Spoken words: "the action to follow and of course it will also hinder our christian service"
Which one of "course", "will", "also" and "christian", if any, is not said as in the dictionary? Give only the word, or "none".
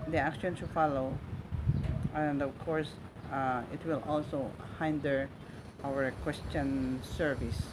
christian